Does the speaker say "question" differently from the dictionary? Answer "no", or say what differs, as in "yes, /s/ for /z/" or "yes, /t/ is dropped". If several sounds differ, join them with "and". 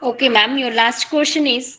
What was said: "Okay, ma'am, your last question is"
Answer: yes, /ʃ/ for /tʃ/